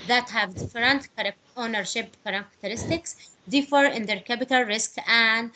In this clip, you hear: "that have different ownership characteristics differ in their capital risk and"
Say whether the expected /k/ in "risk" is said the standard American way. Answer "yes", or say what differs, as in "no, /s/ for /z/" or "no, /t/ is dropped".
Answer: yes